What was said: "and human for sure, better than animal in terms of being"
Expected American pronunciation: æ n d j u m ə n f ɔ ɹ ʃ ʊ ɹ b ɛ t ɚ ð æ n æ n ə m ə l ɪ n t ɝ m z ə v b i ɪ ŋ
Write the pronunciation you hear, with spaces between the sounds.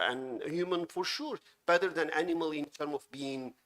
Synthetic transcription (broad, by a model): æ n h j u m ə n f ɔ ɹ ʃ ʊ ɹ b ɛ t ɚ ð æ n æ n ə m ə l ɪ n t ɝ m ə v b i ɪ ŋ